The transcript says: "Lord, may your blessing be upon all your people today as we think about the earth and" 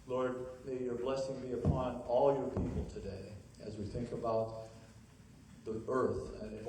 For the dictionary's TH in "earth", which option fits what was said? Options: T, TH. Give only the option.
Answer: TH